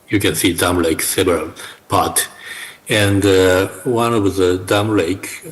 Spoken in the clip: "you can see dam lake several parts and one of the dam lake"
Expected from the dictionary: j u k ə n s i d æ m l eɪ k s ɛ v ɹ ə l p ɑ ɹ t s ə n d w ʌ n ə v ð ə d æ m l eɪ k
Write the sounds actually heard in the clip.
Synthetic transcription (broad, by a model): j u k ə n s i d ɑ m l eɪ k s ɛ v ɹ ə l p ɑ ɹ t ə n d w ʌ n ə v ð ə d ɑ m l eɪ k